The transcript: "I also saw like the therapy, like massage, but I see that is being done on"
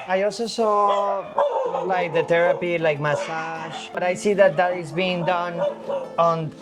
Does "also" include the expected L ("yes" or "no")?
yes